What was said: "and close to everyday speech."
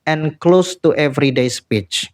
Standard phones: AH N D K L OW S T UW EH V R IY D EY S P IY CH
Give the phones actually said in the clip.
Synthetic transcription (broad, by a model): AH N K L OW S T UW EH V R IY D EY S P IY CH